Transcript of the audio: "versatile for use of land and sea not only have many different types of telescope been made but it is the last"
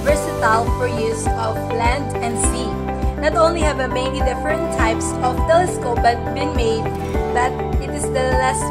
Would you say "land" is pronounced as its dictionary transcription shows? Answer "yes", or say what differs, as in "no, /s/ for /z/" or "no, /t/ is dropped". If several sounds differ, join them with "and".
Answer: yes